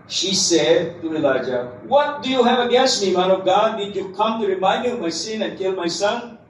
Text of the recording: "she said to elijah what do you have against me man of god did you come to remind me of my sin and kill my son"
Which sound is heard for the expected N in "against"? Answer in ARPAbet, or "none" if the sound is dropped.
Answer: none